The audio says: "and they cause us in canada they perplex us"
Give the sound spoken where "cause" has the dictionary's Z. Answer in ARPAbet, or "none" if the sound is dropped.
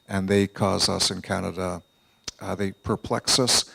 Z